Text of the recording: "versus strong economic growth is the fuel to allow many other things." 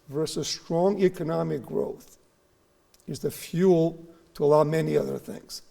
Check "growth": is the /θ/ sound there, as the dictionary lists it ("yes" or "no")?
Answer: yes